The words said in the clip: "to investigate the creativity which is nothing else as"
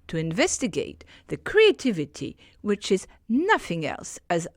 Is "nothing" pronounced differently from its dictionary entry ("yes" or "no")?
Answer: no